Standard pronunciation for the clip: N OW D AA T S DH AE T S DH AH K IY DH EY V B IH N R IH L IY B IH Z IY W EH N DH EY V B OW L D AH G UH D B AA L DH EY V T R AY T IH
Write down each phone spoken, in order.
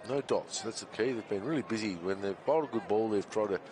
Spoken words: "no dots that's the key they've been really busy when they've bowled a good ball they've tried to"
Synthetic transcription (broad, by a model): N OW D AA T S DH AE T S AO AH K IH DH EY V B IH N R IH L IY B IH Z IY W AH N DH EY V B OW D AH G UH D B AA L DH EY V T R AY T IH